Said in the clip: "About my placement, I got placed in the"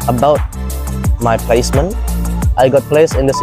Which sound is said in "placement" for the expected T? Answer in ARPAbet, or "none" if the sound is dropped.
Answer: T